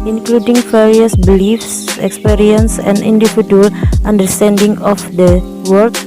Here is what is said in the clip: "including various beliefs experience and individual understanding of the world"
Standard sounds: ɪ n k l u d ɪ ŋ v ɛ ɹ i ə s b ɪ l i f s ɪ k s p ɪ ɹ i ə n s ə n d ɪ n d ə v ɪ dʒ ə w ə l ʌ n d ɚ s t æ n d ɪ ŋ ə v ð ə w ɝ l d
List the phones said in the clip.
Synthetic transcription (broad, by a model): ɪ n k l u d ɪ ŋ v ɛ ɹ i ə s b ɪ l i f s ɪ k s p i ɹ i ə n s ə n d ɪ n d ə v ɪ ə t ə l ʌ n d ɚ s t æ n d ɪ ŋ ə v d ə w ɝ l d